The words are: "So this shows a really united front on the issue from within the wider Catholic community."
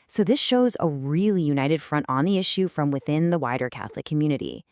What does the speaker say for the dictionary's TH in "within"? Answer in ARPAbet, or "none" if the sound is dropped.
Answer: TH